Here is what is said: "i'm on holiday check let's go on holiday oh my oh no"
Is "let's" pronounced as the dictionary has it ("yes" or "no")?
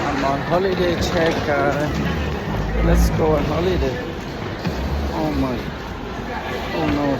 no